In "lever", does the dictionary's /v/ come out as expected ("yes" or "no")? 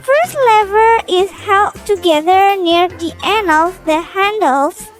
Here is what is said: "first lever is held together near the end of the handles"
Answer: yes